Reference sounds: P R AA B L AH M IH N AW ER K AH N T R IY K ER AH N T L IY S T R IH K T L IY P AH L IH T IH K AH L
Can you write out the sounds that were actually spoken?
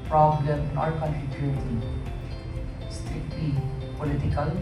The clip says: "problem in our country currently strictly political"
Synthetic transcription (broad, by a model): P R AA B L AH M IH N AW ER K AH N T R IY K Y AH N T IY S T R IH K T L IY P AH L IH T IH K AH L